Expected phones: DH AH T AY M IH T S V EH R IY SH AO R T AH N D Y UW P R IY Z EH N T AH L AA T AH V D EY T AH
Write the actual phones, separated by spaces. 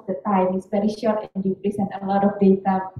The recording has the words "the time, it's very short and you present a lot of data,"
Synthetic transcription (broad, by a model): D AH T AY M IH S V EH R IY SH AO R T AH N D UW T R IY S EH N AH L AA T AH F D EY T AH